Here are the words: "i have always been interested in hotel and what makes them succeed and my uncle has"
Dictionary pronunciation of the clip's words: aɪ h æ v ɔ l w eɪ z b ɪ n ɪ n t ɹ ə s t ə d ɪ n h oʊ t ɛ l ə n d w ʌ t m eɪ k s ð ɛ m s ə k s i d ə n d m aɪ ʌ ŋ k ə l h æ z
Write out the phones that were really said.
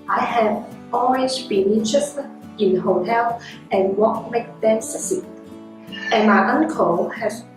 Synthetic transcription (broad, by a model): aɪ h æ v ɔ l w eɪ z b ɪ n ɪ n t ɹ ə s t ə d ɪ n h oʊ t ɛ l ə n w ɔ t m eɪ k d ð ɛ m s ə s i ə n m aɪ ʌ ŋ k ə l h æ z